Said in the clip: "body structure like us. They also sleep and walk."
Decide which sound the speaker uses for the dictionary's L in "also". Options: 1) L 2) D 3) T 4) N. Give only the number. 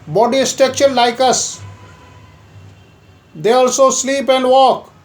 1